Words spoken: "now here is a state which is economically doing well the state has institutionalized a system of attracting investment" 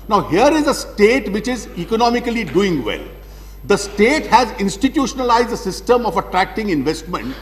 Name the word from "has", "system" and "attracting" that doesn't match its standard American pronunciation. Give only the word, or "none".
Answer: none